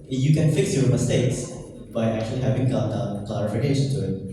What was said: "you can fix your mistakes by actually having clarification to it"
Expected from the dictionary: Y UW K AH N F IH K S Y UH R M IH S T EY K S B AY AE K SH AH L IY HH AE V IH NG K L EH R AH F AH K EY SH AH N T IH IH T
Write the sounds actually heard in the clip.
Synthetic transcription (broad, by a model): Y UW K AH N F IH K S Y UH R M IH S T EY K S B AY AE K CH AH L IY HH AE V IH NG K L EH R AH F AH K EY SH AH N T IH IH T